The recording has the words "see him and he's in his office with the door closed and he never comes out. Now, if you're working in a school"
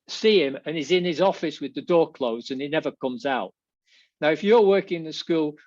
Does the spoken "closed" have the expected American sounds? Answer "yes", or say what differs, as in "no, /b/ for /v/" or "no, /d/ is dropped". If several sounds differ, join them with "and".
no, /d/ is dropped